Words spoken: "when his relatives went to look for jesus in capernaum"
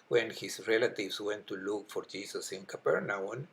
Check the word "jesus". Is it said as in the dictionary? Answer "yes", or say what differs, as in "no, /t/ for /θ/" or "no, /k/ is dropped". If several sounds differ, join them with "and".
no, /s/ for /z/